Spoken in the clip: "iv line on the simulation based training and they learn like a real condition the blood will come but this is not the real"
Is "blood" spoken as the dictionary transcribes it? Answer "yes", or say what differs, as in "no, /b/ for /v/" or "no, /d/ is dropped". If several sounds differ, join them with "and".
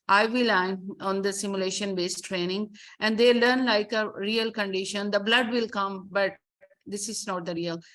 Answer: yes